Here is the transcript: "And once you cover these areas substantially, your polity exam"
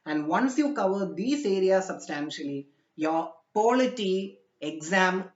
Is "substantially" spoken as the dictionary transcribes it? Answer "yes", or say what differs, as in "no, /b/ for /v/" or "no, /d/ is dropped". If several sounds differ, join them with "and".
yes